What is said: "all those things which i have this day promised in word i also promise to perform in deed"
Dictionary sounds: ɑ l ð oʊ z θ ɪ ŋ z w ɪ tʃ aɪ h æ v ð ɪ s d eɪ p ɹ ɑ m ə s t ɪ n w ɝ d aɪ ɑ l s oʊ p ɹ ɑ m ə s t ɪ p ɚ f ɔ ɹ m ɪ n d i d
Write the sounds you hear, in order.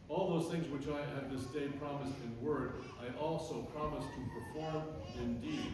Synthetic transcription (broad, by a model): ɑ l ð oʊ z θ ɪ ŋ z w ɪ tʃ aɪ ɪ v ð ɪ s d eɪ p ɹ ɑ m ə s t ɪ n w ɝ d aɪ ɑ l s oʊ p ɹ ɑ m ə s t ɪ p ɚ f ɔ ɹ m ɪ n d i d